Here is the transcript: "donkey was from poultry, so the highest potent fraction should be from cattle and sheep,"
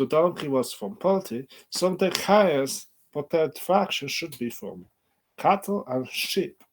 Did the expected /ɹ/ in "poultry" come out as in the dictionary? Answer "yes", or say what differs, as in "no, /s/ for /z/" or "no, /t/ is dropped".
no, /ɹ/ is dropped